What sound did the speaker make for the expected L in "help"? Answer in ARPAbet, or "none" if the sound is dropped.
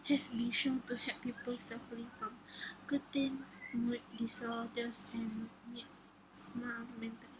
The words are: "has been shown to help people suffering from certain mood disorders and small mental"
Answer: none